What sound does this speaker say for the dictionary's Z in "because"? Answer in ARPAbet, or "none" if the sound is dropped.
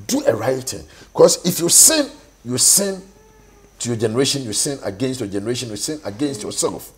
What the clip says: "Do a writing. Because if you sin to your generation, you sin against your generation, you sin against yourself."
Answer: S